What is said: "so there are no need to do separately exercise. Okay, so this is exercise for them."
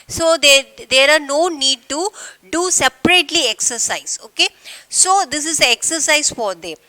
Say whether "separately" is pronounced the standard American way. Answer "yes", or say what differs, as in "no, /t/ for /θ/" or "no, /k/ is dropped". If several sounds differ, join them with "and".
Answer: yes